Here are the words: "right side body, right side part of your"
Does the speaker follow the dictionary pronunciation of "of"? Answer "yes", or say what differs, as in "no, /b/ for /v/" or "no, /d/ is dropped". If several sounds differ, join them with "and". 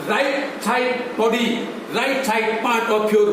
no, /p/ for /v/